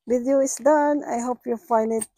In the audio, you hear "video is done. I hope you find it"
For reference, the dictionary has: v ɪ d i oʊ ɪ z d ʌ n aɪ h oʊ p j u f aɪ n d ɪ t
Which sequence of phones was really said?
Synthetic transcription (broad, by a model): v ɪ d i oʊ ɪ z d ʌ n aɪ h oʊ p j u f aɪ n d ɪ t